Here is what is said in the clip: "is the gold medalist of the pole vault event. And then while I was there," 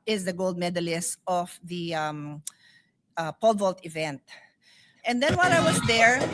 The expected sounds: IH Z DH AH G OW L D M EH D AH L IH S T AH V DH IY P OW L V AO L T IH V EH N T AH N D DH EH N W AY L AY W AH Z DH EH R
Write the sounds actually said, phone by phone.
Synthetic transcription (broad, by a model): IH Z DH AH G OW L D M EH D AH L IH S T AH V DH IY P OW L V AO L T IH V EH N T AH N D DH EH N W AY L AY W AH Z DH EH R